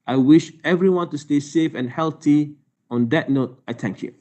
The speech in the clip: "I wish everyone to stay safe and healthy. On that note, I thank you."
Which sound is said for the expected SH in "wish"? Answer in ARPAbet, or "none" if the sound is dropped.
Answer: SH